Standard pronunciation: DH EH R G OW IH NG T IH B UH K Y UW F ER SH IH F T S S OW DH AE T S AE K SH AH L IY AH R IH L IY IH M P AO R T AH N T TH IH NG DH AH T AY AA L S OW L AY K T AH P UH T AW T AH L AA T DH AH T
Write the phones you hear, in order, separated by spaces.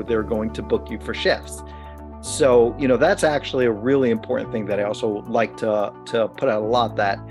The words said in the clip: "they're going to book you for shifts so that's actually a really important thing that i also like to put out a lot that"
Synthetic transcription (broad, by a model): DH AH R G OW IH NG T IH B UH K Y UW F ER SH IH F S S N OW DH AE T S AE K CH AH L IY AH R IH L IY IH M P AO R T N TH IH NG DH AH T AY AA L S OW L AY K T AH P UH T AW T AH L AA T DH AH T